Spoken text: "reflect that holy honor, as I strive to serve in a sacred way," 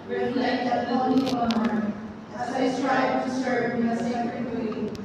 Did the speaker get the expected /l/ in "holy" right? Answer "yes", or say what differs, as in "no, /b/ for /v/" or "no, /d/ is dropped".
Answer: no, /n/ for /l/